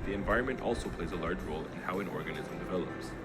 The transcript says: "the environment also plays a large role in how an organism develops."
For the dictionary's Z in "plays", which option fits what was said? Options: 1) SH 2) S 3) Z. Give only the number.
3